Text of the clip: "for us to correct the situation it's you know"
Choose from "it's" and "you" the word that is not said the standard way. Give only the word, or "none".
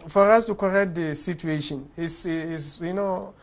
it's